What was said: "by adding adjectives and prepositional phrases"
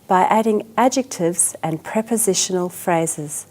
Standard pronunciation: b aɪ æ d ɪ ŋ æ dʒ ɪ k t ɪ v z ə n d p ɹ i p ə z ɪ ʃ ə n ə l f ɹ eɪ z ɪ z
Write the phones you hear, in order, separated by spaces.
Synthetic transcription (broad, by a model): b aɪ æ d ɪ ŋ æ dʒ ɪ k t ɪ v z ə n p ɹ i p ə z ɪ ʃ ə n ə l f ɹ eɪ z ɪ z